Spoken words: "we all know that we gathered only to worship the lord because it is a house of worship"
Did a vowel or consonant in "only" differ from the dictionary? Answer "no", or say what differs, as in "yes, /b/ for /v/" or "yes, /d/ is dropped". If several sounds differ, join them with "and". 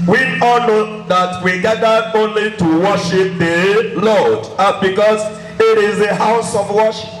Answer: no